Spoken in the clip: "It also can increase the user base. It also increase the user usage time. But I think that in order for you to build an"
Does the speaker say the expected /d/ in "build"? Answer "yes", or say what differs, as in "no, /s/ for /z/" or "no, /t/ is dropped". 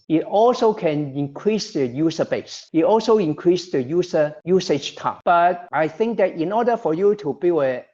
no, /d/ is dropped